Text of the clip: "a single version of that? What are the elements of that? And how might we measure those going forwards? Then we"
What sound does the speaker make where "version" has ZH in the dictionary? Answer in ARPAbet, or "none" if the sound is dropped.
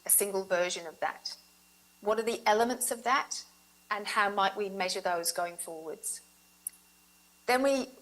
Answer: ZH